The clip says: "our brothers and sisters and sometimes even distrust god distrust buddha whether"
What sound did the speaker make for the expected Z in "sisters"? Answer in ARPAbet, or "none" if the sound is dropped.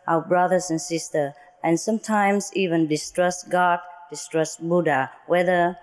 none